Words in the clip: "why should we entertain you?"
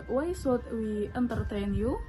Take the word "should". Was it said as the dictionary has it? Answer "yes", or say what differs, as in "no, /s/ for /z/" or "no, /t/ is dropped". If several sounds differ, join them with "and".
no, /s/ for /ʃ/